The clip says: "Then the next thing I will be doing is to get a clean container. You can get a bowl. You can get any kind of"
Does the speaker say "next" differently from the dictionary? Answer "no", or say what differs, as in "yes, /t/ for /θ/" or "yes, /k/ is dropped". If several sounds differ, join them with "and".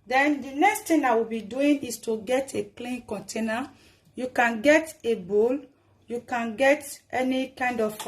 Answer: no